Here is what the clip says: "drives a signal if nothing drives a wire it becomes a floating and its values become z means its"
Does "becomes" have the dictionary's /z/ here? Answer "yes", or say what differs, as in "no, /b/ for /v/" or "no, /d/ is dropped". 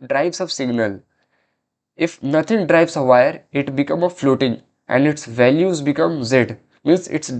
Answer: no, /z/ is dropped